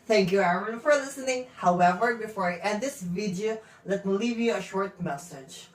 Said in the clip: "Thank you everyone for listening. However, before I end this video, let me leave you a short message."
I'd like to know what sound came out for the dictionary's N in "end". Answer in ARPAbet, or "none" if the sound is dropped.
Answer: none